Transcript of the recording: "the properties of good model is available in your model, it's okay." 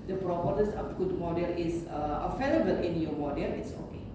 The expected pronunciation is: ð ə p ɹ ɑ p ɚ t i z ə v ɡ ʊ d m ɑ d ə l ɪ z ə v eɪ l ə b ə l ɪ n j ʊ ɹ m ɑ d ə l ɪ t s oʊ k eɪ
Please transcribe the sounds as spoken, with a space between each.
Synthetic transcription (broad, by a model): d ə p ɹ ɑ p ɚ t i s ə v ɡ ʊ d m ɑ d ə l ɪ s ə f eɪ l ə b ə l ɪ n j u m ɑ d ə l ɪ t s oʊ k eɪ